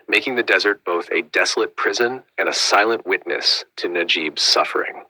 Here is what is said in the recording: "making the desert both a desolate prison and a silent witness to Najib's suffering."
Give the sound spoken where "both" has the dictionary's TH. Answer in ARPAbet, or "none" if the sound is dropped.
TH